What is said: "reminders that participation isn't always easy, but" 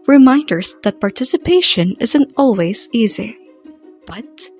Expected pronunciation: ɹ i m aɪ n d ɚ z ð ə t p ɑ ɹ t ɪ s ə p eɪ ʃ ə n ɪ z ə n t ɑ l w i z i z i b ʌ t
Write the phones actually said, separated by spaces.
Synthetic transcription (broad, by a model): ɹ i m aɪ n d ɚ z ð ə t p ɑ ɹ t ɪ s ə p eɪ ʃ ə n ɪ z ə n t ɑ l w i z i z i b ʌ t